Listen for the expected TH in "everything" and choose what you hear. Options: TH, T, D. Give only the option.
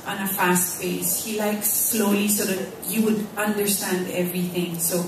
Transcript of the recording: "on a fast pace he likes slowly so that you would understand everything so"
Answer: TH